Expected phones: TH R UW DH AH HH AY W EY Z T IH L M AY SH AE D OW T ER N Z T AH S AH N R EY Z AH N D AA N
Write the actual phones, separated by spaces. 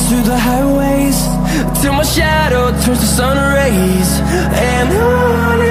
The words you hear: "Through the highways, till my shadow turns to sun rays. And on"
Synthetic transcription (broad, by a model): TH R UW DH AH HH AY W EY Z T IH M AY SH AE D OW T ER Z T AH S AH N R EY Z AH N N